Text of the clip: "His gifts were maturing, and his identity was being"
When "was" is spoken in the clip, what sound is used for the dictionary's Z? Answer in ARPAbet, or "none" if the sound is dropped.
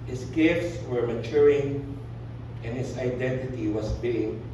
S